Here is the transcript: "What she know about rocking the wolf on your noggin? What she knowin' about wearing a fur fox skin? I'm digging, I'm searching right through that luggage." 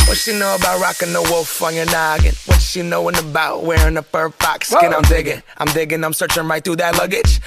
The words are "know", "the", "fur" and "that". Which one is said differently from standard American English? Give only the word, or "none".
fur